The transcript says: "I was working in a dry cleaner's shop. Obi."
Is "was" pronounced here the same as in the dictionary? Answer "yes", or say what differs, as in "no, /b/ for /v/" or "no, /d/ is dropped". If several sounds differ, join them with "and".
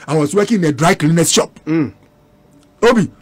no, /s/ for /z/